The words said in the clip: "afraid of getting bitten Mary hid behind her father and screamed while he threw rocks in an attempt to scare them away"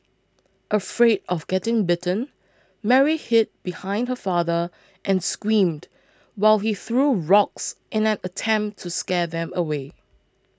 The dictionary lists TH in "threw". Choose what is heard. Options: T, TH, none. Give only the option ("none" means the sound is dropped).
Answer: TH